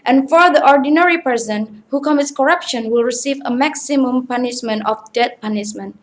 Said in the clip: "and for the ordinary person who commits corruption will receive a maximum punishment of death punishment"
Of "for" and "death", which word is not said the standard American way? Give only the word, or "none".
death